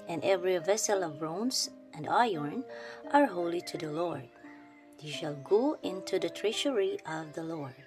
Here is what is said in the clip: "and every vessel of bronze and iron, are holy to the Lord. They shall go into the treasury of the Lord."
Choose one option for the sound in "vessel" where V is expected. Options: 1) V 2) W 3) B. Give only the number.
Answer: 1